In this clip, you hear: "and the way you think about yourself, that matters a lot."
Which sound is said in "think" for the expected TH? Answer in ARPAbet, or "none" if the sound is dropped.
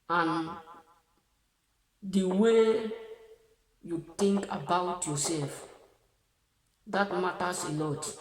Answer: T